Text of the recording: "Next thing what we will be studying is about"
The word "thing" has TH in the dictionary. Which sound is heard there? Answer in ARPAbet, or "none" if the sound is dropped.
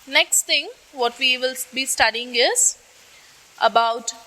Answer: T